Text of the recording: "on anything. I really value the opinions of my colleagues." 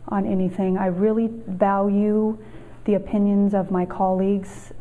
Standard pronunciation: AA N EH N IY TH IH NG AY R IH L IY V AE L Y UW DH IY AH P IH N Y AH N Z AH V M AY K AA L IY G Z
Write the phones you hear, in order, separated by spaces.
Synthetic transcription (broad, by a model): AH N EH N IY TH IH NG AY R IH L IY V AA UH Y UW DH IY AH P IH N Y AH N Z AH V M AY K AA L IY G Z